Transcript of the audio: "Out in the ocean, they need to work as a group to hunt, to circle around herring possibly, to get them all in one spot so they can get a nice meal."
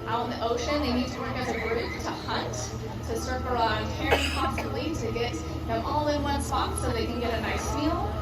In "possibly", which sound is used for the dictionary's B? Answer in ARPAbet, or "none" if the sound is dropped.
none